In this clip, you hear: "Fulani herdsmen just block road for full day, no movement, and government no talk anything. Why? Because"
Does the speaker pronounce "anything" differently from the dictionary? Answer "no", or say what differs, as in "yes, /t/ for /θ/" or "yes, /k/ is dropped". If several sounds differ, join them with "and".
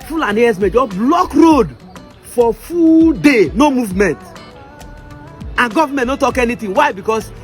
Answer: yes, /t/ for /θ/